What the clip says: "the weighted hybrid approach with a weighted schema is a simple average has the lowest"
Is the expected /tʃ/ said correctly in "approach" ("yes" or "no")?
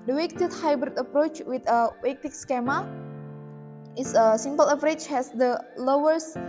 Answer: yes